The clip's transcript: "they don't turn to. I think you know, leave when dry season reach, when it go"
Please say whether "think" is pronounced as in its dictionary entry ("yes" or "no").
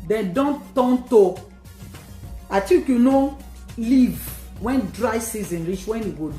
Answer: no